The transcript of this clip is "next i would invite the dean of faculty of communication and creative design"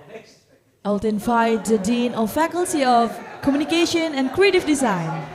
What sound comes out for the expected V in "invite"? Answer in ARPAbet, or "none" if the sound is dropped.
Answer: F